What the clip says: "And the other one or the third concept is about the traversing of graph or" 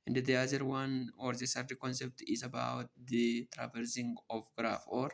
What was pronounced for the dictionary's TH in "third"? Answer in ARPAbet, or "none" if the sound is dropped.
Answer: S